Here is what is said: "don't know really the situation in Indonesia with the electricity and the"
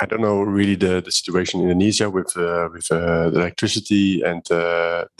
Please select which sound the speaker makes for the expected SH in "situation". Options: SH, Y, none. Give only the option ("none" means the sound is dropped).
none